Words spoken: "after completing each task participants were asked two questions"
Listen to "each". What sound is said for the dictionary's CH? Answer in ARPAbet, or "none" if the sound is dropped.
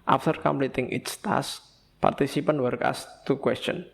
S